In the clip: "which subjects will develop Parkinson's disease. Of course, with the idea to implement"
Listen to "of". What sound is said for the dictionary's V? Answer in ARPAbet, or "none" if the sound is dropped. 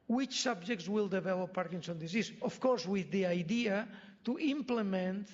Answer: F